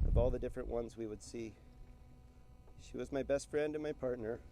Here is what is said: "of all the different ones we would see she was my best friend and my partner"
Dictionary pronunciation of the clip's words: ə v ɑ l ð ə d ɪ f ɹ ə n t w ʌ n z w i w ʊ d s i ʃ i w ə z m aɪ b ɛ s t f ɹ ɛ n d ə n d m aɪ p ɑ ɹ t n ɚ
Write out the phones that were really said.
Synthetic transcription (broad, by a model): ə v ɑ l ð ə d ɪ f ɹ ə n t w ʌ n z w i w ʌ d s i ʃ i w ə z m aɪ b ɛ s t f ɹ ɛ n d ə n m aɪ p ɑ ɹ t n ɚ